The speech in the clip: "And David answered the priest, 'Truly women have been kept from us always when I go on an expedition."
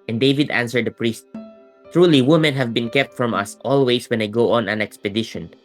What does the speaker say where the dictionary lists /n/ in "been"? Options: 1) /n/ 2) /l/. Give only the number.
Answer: 1